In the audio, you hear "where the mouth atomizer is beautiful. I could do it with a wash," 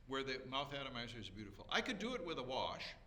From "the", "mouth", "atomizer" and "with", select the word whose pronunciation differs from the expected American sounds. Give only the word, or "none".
none